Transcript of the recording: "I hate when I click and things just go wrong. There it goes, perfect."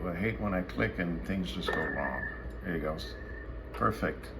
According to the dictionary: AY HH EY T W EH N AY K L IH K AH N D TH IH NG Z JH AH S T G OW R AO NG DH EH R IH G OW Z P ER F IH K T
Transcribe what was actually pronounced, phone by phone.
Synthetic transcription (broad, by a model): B HH EY T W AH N AY K L IH K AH N TH IH NG Z JH AH S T G OW L AO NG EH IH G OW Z P ER F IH K T